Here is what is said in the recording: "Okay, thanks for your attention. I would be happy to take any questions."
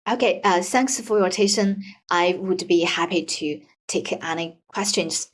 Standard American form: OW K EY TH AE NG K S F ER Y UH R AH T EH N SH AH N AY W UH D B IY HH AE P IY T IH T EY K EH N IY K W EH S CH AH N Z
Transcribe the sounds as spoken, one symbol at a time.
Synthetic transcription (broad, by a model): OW K EY TH AE NG K S F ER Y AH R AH T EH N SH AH N AY W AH D B IY HH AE P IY T IH T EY K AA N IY K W EH S CH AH N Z